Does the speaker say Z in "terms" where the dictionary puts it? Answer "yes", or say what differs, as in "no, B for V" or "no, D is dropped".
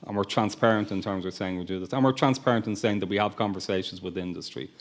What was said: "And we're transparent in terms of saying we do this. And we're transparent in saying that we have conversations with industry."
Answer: yes